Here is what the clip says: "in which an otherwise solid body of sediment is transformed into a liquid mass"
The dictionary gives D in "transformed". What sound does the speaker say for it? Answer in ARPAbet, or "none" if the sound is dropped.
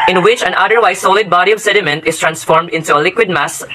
D